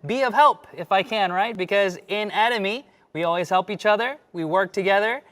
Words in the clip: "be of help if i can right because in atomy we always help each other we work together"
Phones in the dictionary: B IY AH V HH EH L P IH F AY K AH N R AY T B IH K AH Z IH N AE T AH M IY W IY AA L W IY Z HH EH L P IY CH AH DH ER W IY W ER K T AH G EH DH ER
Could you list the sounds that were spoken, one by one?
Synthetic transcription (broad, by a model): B IY AH V HH EH L P IH F AY K AH N R AY T B IH K AH Z IH N AE T AH M IY W IY AA L W IY Z HH EH L P IY CH AH DH ER W IY W ER K T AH G EH DH ER